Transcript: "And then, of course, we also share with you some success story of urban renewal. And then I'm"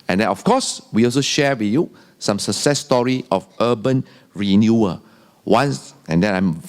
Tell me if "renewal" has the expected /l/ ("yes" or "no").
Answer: no